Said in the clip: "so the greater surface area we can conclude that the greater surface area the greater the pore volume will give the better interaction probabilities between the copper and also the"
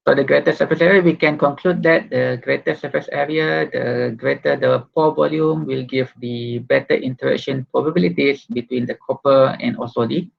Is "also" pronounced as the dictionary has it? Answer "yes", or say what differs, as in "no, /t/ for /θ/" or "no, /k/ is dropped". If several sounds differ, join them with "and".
no, /l/ is dropped